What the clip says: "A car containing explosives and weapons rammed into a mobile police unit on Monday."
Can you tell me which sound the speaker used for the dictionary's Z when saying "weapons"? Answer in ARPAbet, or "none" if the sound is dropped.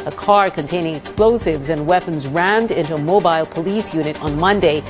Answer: Z